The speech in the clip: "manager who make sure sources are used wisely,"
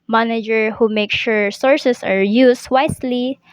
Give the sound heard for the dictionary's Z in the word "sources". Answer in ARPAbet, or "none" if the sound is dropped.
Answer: S